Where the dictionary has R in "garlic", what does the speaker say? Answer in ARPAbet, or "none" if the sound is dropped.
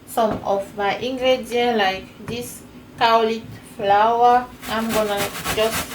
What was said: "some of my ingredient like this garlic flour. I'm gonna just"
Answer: W